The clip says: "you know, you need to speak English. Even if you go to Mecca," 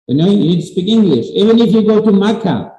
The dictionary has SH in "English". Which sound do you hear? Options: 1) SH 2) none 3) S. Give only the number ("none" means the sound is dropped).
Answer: 1